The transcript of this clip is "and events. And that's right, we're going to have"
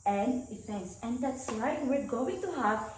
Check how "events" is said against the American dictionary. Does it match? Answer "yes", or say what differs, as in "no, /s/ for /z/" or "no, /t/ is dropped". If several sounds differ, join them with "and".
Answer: no, /f/ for /v/